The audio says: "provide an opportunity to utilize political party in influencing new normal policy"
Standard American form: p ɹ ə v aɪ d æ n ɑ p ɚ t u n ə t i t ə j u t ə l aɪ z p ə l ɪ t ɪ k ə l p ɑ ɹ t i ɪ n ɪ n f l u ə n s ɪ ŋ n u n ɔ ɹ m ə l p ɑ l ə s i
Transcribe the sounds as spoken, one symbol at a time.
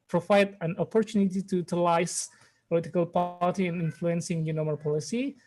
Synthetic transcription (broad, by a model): p ɹ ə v aɪ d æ n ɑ p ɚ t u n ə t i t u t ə l aɪ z p ə l ɪ t ɪ k ə l p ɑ l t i ɪ n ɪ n f l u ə n s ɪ ŋ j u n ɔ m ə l p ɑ l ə s i